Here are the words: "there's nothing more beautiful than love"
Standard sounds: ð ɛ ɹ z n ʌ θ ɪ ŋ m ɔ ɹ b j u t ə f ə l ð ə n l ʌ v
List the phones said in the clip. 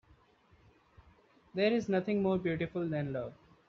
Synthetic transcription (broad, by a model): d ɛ ɹ z n ʌ t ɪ ŋ m ɔ ɹ b j u t ə f ə l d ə n l ʌ v